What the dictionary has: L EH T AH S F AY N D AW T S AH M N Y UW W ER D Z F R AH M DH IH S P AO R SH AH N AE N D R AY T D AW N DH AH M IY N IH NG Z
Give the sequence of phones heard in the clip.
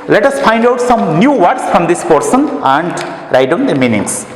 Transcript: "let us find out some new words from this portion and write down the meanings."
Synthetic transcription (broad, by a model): L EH T AH S F AY N D AW T S AH M N Y UW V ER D S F R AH M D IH S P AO R S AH N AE N D R AY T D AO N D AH M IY N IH NG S